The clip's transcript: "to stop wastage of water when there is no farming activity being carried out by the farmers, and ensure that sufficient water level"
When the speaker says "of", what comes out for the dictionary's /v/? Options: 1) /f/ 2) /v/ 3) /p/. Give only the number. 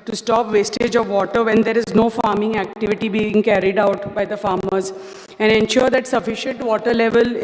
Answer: 2